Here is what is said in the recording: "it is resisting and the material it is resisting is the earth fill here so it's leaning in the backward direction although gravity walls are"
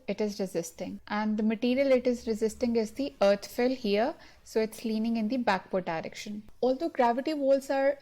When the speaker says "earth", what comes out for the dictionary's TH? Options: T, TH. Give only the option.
T